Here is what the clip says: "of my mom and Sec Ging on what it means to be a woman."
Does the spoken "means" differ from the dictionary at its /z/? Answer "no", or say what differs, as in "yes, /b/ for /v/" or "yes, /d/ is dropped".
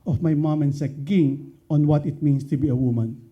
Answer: yes, /s/ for /z/